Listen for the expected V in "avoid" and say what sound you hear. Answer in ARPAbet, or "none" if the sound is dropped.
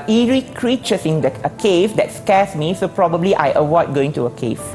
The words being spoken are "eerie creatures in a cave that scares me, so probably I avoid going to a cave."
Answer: W